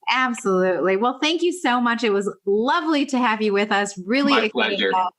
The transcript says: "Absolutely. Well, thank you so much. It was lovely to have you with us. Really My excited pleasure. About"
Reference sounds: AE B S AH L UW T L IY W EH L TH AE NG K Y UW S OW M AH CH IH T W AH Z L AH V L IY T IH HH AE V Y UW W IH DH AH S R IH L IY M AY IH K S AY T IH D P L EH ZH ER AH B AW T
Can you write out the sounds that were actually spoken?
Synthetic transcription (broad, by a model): AE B S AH L UW T L IY W EH L TH AE NG K Y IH S OW M AH CH IH T W AH Z L AH V L IY T IH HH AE V Y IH W IH DH AH S R IH L IY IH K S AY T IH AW